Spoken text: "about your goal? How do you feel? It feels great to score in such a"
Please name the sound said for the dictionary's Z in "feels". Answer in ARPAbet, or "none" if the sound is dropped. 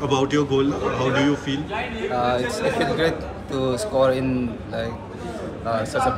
none